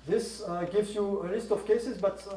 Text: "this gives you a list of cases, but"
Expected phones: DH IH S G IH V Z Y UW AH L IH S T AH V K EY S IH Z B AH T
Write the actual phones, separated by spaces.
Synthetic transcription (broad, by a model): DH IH S G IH V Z Y UW AH L IH S T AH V K EY S IH Z B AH T